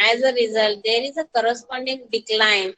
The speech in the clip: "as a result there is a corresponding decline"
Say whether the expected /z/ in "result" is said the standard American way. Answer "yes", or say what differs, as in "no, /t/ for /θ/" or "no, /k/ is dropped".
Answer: yes